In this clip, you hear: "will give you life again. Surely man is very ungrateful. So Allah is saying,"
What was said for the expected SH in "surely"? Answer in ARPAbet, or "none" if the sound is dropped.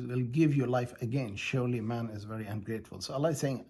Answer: SH